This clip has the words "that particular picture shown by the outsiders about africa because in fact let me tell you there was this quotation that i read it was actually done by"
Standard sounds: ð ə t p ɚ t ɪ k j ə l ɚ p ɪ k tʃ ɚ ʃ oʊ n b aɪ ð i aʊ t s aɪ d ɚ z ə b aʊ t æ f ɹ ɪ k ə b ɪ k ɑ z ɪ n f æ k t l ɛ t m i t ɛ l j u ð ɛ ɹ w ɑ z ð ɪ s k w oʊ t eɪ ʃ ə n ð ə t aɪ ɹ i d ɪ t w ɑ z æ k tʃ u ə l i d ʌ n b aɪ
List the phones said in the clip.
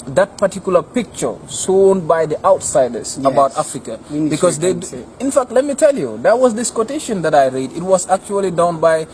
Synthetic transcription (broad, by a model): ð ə t p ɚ t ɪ k j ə l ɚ p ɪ k tʃ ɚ s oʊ n b aɪ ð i aʊ t s aɪ d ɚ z ə b aʊ t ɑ f ɹ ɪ k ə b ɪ k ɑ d ɪ n f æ k t l ɛ t m i t ɛ l j u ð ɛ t w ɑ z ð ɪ s k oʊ t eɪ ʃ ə n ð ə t aɪ ɹ i d ɪ t w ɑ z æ k tʃ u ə l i d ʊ n b aɪ